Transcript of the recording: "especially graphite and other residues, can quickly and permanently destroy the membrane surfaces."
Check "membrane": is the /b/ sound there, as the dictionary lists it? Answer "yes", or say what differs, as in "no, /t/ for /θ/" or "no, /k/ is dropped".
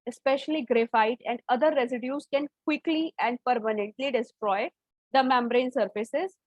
yes